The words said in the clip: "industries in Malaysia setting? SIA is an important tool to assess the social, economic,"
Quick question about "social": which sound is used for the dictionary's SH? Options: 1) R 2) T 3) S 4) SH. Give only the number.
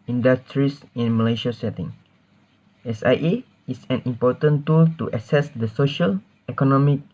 4